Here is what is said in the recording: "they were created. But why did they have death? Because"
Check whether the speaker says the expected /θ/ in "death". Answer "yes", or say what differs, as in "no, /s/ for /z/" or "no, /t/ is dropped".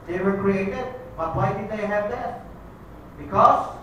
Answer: no, /s/ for /θ/